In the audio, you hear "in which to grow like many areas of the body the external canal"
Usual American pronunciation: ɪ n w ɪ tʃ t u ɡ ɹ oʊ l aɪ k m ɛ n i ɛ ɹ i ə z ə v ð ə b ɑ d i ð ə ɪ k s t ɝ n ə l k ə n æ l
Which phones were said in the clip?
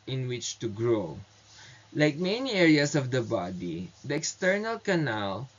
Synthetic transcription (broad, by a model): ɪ n w ɪ tʃ t u ɡ ɹ oʊ l aɪ k m ɛ n i ɛ ɹ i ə s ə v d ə b ɑ d i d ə ɪ k s t ɝ n ə l k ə n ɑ l